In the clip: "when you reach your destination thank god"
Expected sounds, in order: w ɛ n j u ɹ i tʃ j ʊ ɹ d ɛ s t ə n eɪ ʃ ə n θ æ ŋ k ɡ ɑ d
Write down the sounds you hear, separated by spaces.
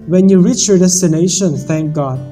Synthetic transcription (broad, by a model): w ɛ n j u ɹ i tʃ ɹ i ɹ d ɛ s t ə n eɪ ʃ ə n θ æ ŋ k ɡ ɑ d